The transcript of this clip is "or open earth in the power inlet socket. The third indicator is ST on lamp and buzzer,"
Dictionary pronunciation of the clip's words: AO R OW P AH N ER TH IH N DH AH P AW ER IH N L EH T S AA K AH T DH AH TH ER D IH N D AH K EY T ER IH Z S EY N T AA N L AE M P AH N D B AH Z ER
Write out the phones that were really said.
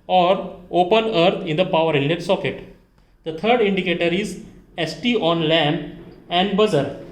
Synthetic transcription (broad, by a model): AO R OW P AH N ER T IH N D AH P AW ER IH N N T S AA K AH T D AH T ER D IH N D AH K EY T ER IH Z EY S T AA N L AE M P AH N D B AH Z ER